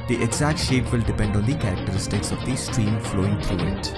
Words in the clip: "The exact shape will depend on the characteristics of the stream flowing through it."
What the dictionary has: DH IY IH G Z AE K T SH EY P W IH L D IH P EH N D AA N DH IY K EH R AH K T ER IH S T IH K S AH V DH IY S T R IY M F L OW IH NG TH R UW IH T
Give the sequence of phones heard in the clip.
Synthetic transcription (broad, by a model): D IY IH G Z AE K T SH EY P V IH L D IH P EH N D AA N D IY K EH R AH K T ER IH S T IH K S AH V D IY S T R IY M F L OW IH NG T R UW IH T